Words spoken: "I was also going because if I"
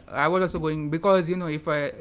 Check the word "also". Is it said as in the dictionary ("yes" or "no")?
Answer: no